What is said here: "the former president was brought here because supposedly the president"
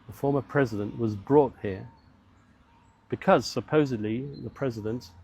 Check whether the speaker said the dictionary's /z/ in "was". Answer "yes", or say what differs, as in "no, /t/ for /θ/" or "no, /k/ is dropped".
yes